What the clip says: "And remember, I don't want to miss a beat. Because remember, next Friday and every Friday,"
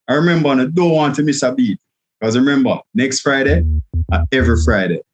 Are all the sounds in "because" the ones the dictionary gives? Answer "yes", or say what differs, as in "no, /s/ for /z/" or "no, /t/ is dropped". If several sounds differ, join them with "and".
no, /z/ is dropped